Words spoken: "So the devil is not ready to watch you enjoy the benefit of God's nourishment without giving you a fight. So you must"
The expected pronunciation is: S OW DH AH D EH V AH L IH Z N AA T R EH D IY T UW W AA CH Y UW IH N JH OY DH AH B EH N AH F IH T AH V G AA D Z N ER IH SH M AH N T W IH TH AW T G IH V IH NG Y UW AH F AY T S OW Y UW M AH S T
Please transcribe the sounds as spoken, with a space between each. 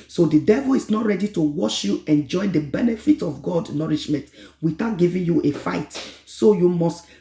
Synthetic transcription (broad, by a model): S OW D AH D EH V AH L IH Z N AA T R EH D IY T UW W AA SH Y UW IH N JH OY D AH B EH N AH F IH T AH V G AA D N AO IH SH M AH N T W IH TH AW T G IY V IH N Y UW AH F AY T S OW Y UW M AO S T